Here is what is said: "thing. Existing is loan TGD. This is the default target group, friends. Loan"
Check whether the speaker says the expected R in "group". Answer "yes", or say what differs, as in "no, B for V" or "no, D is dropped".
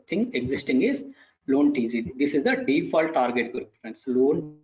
no, R is dropped